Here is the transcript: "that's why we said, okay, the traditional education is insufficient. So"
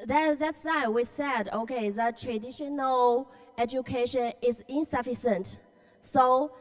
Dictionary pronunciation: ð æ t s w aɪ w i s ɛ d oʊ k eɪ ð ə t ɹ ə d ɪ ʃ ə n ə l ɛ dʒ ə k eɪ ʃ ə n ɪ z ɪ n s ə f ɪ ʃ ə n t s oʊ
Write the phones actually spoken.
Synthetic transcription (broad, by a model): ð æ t s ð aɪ w i s ɛ d oʊ k eɪ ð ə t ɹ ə d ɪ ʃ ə n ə l ɛ dʒ ə k eɪ ʃ ə n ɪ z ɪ n s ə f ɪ s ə n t s oʊ